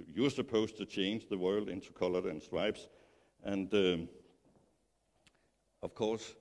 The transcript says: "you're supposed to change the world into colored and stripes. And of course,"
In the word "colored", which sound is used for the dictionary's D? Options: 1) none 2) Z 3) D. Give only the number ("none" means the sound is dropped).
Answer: 1